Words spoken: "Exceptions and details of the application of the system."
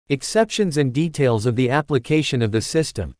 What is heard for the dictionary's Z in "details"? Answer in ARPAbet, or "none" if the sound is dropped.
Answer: Z